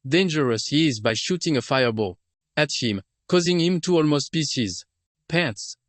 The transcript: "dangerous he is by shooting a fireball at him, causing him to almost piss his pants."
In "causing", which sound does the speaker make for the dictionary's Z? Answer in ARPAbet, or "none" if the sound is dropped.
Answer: Z